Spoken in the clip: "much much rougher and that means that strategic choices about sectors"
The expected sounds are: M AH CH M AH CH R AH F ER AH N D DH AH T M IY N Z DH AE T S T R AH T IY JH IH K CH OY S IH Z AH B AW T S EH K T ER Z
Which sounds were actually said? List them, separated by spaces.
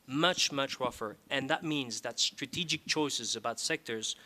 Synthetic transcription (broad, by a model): M AH CH M AH CH R AH F ER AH N DH AH T M IY N Z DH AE T S T R AH T IY JH IH K CH OY S IH Z AH B AW T S EH K T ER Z